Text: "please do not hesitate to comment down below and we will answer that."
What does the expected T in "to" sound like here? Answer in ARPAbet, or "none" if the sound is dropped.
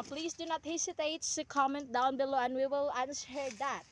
S